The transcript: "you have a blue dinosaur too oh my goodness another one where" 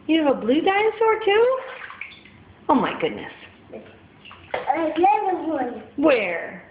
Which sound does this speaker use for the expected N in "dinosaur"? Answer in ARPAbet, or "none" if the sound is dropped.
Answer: none